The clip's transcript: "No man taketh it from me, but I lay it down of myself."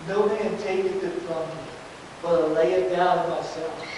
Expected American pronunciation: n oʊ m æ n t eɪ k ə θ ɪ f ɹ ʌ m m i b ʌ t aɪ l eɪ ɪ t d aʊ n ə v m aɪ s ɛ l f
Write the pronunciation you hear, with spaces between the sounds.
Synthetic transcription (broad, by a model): n oʊ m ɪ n t eɪ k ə t ɪ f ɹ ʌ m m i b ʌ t aɪ l eɪ ɪ t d aʊ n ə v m aɪ s ɛ l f